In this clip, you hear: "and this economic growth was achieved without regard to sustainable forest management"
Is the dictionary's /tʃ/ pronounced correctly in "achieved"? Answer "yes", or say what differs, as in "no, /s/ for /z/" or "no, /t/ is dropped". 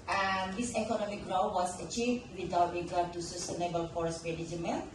yes